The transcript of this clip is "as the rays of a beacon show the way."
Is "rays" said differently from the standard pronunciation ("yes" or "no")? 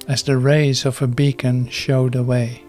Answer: no